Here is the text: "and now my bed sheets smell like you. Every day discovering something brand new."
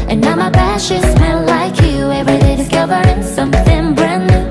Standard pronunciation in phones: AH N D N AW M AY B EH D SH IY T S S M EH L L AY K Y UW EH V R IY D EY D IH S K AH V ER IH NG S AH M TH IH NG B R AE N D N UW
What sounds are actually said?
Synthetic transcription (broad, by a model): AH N N AW M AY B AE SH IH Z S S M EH N L AY K Y UW EH V R IY D EY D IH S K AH V ER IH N S AH M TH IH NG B R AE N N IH